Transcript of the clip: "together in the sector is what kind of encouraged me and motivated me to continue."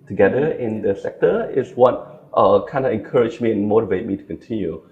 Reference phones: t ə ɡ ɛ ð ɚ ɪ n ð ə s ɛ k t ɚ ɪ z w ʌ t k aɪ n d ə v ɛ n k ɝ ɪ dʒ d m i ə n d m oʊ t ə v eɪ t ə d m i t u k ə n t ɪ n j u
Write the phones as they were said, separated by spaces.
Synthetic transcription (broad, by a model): t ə ɡ ɛ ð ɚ ɪ n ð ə s ɛ k t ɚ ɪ s w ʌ t k aɪ n d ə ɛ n k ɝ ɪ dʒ m i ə n m oʊ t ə v eɪ t m i t u k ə n t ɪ n j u